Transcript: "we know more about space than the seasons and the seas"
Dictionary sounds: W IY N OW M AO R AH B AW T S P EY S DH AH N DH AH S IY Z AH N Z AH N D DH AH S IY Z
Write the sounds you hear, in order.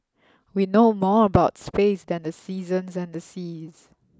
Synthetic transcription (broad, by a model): W IY N OW M AO R AH B AW T S P EY S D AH N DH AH S IY Z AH N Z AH N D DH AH S IY Z